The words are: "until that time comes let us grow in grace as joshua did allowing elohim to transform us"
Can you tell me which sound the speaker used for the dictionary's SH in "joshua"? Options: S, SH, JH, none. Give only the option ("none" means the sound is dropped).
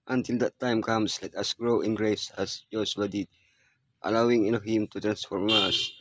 S